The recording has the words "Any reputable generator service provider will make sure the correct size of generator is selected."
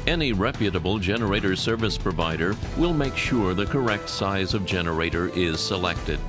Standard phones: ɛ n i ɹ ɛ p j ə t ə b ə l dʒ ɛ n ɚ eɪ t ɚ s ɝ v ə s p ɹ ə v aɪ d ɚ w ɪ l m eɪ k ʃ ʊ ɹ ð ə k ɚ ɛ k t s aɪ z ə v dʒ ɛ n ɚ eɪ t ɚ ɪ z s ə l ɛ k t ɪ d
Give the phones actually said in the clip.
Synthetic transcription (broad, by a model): ɛ n i ɹ ɛ p j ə t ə b l dʒ ɛ n ɚ eɪ t ɚ s ɝ v ə s p ɹ ə v aɪ d ɚ w ɪ l m eɪ k ʃ ʊ ɹ ð ə k ɚ ɛ k t s aɪ z ə v dʒ ɛ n ɚ eɪ t ɚ ɪ z s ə l ɛ k t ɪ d